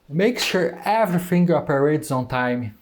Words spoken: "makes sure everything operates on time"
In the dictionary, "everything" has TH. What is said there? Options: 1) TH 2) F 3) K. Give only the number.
2